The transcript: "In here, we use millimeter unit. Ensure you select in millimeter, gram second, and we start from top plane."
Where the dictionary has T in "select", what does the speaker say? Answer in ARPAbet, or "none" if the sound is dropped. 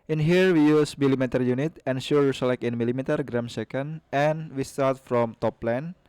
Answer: none